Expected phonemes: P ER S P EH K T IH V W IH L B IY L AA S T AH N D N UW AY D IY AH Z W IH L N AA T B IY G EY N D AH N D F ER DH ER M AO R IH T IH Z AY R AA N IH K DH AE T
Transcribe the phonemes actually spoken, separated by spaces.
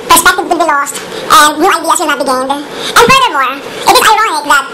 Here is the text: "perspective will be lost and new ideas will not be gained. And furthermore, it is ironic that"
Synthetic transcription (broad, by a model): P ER S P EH K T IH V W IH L B IY L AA S T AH N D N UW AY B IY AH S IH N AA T B IY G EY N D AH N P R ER ER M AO R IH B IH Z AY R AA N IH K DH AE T